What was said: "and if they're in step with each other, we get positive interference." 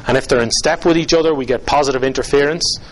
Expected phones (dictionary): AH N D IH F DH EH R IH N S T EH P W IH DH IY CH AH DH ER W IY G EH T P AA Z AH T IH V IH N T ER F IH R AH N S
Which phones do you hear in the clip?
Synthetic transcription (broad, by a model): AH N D IH F DH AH R IH N S T EH P W IH DH IY CH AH DH ER W IY G EH T P AA Z AH T IH V IH N T ER F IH R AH N S